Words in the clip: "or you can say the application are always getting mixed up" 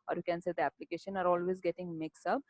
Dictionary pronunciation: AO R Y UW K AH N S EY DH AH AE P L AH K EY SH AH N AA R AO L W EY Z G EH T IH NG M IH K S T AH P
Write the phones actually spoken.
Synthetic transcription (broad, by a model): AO R Y UW K AH N S EY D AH AE P L AH K EY SH AH N AA R AO L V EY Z G EH T IH NG M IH K S AH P